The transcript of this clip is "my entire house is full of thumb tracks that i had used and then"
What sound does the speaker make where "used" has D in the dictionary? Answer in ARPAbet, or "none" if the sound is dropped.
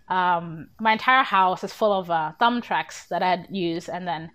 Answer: none